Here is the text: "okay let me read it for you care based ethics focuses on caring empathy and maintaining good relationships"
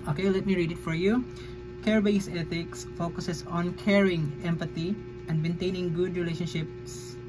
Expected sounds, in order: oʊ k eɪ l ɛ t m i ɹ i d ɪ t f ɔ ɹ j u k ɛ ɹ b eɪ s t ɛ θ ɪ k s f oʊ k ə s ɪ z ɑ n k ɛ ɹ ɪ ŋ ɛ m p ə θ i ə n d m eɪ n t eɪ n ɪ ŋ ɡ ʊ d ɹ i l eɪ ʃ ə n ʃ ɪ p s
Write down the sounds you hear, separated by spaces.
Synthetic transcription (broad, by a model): oʊ k eɪ l ɛ t m i ɹ i d ɪ t f ɔ ɹ j u k ɛ ɹ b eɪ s ɛ t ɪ k s f oʊ k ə s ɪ s ɑ n k ɛ ɹ ɪ ŋ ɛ m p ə t i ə n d m eɪ n t eɪ n ɪ ŋ ɡ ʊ d ɹ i l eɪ ʃ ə n ʃ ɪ p s